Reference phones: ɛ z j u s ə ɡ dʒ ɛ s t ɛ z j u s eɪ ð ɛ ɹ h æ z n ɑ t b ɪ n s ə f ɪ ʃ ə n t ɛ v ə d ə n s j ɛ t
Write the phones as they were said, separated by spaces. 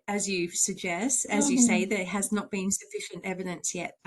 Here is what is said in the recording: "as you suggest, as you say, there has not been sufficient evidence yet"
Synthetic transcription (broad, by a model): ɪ z j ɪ s ə ɡ dʒ ɛ s t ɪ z j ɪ s eɪ ð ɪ h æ z n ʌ t b ɪ n s ə f ɪ ʃ ə n t ɛ v ə d ə n s j ɛ t